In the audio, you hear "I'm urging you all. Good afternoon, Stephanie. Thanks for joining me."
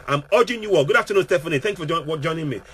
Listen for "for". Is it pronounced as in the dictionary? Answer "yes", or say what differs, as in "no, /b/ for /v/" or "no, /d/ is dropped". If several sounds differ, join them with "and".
no, /w/ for /ɹ/